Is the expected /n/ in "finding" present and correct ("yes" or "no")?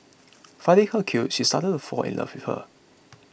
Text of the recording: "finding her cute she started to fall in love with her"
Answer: no